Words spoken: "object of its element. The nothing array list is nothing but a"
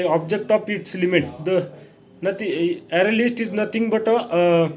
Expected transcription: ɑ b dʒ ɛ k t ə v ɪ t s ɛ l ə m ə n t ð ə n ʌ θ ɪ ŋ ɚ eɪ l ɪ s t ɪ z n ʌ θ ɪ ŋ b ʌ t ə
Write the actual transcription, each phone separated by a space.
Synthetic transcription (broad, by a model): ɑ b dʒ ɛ k t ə f ɪ t s l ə m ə t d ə n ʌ t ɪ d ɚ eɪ l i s t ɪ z n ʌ t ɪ ŋ b ʌ t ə